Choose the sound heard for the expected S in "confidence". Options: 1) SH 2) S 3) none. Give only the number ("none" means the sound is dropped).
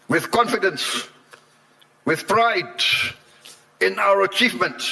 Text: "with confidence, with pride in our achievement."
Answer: 2